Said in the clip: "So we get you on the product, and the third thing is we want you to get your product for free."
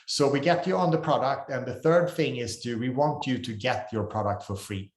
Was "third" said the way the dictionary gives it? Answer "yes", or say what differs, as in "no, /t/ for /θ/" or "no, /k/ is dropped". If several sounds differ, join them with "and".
yes